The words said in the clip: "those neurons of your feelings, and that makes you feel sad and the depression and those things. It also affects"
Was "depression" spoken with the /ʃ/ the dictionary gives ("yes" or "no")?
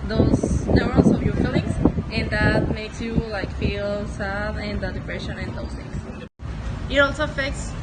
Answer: yes